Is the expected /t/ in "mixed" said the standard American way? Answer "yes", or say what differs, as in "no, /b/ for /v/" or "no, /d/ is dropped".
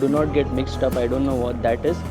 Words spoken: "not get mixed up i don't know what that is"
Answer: yes